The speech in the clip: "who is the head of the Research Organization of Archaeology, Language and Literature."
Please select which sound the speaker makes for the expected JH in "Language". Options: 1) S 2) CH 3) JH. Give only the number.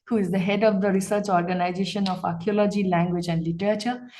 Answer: 3